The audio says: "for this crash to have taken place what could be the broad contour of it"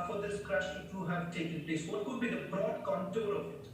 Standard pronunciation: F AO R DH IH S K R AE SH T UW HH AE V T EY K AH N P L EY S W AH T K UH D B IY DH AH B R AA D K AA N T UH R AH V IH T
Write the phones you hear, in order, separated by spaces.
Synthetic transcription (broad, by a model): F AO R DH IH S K R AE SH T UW HH AE V T EY K AH N P L EY S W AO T K UH D B IY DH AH B R AA D K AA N T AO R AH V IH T